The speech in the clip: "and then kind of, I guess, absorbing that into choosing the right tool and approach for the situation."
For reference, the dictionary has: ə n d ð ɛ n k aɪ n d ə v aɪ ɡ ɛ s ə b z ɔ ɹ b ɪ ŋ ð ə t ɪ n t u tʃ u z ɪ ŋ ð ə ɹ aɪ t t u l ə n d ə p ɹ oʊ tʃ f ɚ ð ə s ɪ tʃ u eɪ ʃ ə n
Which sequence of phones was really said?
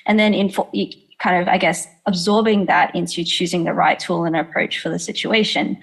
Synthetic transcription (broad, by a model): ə n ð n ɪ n k aɪ n d ə v aɪ ɡ ɛ s ə b z ɔ ɹ b ɪ ŋ ð ə t ɪ n t u tʃ u z ɪ ŋ ð ə ɹ aɪ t t u l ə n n ə p ɹ oʊ tʃ f ɚ ð ə s ɪ tʃ u eɪ ʃ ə n